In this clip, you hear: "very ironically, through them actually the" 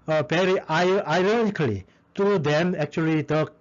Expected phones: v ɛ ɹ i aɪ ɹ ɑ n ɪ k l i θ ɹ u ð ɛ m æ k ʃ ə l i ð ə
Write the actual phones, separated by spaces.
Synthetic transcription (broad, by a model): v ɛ ɹ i aɪ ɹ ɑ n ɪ k l i t ɹ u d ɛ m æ k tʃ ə l i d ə